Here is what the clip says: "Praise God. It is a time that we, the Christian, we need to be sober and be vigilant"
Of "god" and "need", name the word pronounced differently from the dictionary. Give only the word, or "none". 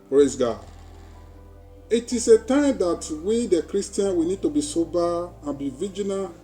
god